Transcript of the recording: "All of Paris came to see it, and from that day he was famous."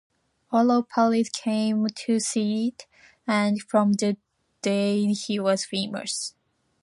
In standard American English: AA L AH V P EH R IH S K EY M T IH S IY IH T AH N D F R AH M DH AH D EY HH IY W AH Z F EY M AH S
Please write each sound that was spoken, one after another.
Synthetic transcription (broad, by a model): AA L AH P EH L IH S K EY M T IH S IY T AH N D F R AH M DH AH D EY HH IY W AH Z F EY M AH S